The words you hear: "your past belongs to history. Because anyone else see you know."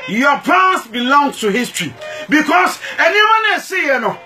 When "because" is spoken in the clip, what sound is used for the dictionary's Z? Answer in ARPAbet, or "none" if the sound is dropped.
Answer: S